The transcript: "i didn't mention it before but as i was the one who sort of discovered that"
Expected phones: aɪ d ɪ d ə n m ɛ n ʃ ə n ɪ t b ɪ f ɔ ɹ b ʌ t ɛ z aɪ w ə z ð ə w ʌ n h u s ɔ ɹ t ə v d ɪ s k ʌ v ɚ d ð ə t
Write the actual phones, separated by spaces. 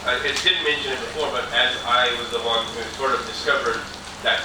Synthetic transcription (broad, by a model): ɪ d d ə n m ɛ n ʃ ə n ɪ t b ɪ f ɔ ɹ b ʌ t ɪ z aɪ w ə z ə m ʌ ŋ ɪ s ɔ ɹ t ə v d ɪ s k ʌ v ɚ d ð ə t